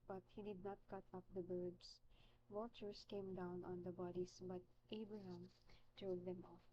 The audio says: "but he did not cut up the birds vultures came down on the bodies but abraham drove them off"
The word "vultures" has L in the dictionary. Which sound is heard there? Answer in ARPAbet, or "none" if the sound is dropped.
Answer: none